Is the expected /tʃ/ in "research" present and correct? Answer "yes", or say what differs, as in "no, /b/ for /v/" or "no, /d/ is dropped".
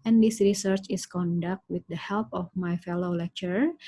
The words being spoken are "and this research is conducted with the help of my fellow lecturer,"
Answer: yes